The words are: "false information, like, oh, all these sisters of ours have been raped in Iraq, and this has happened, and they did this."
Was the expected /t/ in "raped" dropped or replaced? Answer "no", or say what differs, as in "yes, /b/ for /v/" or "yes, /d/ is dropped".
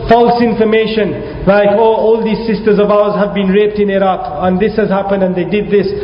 no